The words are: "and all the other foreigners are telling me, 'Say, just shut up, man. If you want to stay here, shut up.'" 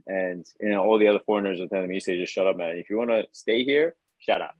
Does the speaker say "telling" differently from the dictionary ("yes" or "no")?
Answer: yes